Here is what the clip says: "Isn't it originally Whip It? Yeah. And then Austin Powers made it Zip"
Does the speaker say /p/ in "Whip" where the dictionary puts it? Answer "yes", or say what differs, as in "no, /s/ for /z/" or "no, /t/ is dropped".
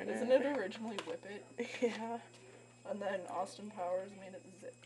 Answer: yes